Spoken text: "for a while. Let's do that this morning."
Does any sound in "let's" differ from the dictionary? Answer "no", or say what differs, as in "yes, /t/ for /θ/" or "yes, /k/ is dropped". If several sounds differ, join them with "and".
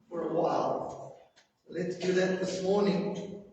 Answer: no